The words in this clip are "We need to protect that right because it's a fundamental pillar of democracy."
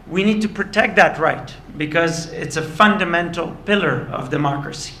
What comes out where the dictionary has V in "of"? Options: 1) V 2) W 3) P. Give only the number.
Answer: 1